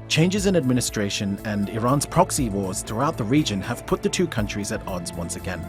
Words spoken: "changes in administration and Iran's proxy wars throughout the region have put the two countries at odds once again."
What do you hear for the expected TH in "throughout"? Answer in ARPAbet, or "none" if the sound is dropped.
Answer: TH